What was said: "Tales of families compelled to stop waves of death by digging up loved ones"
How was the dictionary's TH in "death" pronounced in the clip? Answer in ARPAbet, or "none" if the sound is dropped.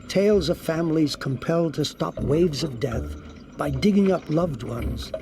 TH